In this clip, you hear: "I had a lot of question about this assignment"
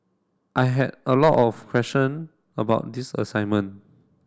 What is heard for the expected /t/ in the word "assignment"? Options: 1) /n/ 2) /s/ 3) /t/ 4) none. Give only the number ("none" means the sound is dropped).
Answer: 4